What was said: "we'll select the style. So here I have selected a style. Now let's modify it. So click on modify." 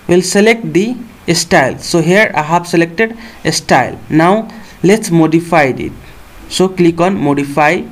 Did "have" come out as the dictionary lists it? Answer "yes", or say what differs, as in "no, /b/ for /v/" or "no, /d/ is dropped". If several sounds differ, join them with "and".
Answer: no, /b/ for /v/